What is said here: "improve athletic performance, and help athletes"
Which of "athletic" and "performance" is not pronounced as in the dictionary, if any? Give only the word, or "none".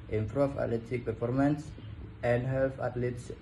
athletic